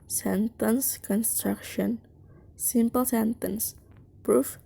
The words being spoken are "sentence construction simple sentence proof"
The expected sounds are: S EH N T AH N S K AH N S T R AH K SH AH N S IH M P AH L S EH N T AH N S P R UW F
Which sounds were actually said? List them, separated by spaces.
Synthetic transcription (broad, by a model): S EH N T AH N S K AH N S T R AH K SH AH N S IH M P AH L S EH N T AH N S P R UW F